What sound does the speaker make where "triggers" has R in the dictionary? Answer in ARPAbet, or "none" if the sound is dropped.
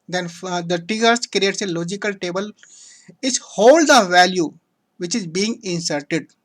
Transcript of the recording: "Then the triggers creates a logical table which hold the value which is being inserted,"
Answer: none